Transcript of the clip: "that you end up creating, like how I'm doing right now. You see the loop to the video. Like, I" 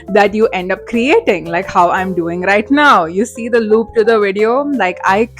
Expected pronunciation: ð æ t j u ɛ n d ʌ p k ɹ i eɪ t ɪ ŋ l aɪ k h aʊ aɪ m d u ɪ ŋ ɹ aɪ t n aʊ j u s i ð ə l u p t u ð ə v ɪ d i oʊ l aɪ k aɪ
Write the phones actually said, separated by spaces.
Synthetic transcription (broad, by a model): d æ t j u ɛ n d ʌ p k ɹ i eɪ t ɪ ŋ l aɪ k h aʊ aɪ m d u ɪ ŋ ɹ aɪ t n aʊ j u s i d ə l u p t u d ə v ɪ d i oʊ l aɪ k aɪ